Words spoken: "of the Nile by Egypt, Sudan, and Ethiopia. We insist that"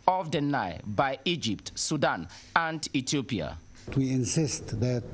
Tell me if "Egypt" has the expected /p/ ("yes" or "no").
yes